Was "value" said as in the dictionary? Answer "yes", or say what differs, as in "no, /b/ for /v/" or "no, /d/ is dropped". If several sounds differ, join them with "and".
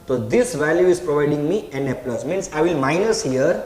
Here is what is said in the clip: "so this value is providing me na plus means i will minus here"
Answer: yes